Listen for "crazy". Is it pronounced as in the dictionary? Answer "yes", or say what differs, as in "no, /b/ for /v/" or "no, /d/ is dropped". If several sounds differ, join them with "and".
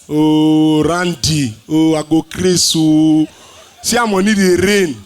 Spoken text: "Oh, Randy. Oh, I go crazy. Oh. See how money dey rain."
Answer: no, /s/ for /z/